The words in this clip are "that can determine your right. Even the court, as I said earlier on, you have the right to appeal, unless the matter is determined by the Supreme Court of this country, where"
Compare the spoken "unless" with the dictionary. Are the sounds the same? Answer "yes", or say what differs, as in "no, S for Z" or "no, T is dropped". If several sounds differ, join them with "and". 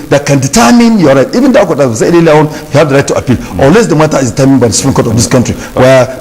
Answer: no, N is dropped